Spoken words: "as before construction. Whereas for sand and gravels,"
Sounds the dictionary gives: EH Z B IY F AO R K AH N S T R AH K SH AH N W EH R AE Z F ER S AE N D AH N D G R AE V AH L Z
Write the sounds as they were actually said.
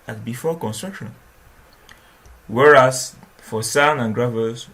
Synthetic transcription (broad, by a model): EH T B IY F AO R K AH N S T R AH K SH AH N W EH R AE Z F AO S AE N AH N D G R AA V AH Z